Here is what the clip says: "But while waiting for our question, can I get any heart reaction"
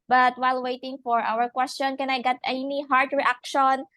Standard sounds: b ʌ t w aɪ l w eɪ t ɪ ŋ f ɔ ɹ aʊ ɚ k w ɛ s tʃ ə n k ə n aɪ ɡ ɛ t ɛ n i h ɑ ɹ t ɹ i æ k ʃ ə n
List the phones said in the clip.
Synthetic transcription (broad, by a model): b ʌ t w aɪ l w eɪ t ɪ ŋ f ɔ ɹ aʊ ɚ k w ɛ s tʃ ə n k ə n aɪ ɡ ɛ t ɛ n i h ɑ ɹ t ɹ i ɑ k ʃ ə n